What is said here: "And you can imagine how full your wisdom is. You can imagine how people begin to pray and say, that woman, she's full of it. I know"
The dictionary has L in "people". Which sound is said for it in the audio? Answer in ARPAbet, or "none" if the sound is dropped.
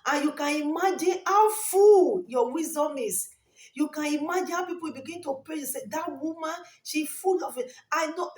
W